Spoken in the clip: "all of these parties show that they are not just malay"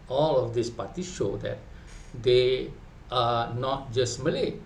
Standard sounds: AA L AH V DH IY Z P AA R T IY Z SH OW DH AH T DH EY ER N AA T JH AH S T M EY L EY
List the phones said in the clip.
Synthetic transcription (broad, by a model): AA L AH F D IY S P AA T IY SH OW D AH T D EY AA N AA T JH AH S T M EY L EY